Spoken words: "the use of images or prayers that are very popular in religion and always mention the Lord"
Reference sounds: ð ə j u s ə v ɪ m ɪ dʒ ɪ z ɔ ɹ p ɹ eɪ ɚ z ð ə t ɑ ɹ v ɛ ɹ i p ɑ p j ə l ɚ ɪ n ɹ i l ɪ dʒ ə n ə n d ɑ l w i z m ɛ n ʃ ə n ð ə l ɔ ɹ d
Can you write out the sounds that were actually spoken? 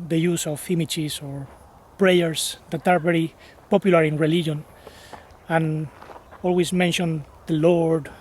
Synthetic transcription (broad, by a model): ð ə j u s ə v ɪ m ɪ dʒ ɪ s ɔ ɹ p ɹ eɪ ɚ s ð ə t ɑ ɹ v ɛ ɹ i p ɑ p j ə l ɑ ɪ n ɹ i l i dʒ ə n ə n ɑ l w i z m ɛ n ʃ ə n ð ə l ɔ ɹ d